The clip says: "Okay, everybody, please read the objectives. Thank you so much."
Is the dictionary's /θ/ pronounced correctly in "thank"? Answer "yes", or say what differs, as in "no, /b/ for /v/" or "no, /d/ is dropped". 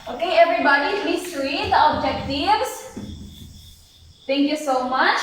no, /t/ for /θ/